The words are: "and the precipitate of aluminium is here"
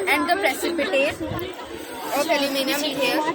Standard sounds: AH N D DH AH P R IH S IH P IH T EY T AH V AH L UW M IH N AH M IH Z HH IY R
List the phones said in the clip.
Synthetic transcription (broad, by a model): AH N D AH P R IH S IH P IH T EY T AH P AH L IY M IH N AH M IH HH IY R